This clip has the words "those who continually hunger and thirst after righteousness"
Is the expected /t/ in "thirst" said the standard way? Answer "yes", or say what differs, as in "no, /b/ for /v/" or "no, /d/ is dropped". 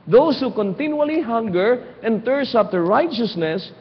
no, /t/ is dropped